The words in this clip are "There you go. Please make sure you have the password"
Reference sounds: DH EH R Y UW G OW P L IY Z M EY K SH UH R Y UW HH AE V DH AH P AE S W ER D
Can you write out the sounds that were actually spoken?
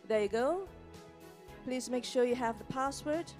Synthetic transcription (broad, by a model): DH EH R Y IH G OW P L IY Z M EY K SH UH R Y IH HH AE V DH AH P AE S W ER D